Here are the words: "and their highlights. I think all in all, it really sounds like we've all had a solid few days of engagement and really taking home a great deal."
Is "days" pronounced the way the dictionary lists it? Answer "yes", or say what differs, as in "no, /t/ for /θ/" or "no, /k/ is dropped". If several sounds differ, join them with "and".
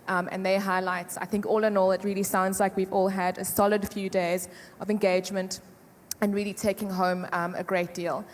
yes